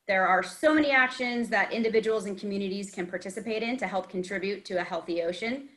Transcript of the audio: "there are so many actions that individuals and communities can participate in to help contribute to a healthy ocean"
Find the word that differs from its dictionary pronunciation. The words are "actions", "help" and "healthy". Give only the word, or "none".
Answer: none